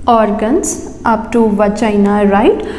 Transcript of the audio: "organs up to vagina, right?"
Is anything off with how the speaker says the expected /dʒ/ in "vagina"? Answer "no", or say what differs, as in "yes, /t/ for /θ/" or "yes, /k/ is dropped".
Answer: yes, /tʃ/ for /dʒ/